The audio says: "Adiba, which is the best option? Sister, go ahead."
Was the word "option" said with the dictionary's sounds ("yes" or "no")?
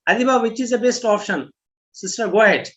yes